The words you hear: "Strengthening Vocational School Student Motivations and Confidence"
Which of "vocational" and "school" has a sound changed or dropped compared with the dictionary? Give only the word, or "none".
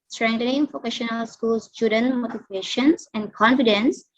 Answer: vocational